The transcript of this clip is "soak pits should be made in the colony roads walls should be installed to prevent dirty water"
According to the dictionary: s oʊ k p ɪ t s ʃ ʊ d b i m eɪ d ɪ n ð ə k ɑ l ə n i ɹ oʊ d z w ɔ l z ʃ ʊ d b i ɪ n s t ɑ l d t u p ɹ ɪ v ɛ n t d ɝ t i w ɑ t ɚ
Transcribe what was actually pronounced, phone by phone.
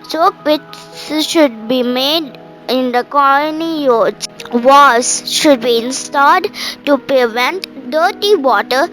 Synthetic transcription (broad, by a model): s oʊ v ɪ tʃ ʃ ʊ d b i m eɪ d ɪ n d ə k ɑ l ə n i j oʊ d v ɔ z ʃ ʊ d b i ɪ n s t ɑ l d t u p ɹ ɪ v ɛ n t d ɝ t i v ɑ t ɚ